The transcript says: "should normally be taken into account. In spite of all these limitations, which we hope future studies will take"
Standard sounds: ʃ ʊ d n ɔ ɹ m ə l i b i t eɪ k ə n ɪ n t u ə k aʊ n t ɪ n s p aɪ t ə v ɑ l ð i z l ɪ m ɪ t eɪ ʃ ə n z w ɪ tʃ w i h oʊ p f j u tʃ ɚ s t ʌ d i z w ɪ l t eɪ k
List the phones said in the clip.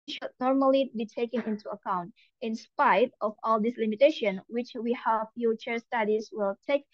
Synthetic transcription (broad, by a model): ʃ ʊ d n ɔ ɹ m ə l i b i t eɪ k ə n ɪ n t u ə k aʊ n t ɪ n s p aɪ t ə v ɑ l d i s l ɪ m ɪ t eɪ ʃ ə n w ɪ tʃ w i h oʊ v f j u tʃ ɚ s t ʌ d i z w ɪ l t eɪ k